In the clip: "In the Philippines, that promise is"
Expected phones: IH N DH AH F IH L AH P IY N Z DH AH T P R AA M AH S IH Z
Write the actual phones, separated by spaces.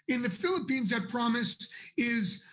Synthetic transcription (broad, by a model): IH N DH AH F IH L AH P IY N Z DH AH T P R AA M AH S IH Z